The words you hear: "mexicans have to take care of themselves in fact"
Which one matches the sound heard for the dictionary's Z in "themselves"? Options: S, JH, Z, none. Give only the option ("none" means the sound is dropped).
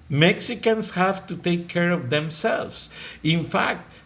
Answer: S